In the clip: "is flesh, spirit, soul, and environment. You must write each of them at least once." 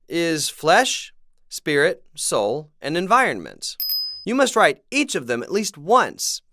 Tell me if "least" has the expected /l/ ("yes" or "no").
yes